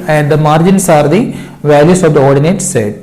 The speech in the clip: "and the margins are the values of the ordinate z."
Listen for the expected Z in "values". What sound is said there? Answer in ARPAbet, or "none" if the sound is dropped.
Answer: S